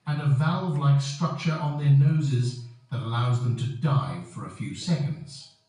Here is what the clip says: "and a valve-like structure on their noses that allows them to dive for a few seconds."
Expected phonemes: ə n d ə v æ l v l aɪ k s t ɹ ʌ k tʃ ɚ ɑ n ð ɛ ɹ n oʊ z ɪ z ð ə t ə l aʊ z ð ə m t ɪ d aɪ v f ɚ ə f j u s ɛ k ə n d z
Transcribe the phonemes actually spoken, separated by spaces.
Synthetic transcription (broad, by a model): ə n ə v æ l v l aɪ k s t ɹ ʌ k tʃ ɚ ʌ n ð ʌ ɹ n oʊ z ɪ z ð ə t ə l aʊ z ð ə m t ɪ d aɪ f ɚ ə f j u s ɛ k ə n d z